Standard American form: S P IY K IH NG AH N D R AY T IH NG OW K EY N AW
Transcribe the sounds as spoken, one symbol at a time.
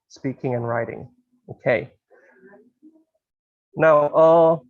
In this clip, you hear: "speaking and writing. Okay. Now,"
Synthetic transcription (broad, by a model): S P IY K IH NG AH N R AY T IH NG OW K EY N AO